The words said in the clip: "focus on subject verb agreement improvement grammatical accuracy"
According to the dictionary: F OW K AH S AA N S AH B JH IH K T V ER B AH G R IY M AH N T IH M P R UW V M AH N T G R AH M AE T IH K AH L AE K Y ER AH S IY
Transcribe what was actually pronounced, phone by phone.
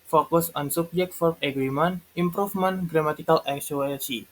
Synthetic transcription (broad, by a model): F OW K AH S AA N S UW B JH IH K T F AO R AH G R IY M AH N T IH M P R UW F M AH N G R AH M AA T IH K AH L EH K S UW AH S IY